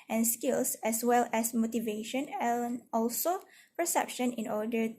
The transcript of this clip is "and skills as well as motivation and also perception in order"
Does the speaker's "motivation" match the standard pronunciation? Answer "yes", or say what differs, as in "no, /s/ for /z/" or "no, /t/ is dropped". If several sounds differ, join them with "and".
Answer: yes